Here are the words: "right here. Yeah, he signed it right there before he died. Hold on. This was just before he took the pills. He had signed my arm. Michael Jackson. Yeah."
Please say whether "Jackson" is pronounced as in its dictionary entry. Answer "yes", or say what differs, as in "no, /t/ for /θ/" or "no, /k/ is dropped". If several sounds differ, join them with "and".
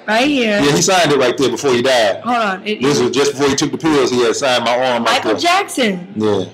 yes